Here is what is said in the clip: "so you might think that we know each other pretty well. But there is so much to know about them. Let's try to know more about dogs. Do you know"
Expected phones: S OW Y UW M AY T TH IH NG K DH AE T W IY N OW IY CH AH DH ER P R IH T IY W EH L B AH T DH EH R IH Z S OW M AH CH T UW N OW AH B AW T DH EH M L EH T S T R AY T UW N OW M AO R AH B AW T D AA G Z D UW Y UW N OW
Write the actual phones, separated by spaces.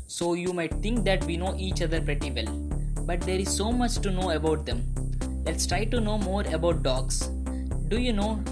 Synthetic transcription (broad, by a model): S OW Y UW M AY T T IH NG K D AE T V IY N OW IY CH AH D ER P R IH T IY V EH L B AH T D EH R IH Z S OW M AH CH T UW N OW AH B AW T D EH M L EH T S T R AY T UW N OW M AO R AH B AW T D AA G S D UW Y UW N OW